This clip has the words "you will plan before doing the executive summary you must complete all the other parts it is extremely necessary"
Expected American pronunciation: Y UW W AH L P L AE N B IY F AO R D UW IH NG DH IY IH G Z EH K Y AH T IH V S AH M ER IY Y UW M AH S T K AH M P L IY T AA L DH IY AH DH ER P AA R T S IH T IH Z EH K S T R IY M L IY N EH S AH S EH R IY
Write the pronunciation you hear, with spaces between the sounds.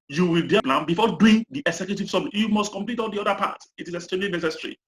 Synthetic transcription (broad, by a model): Y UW W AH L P L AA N B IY F AO D UW IH NG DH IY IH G S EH K Y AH T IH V S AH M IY Y UW M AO S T K AH M P L IY T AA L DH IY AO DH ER P AA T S IH T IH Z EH S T EH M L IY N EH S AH S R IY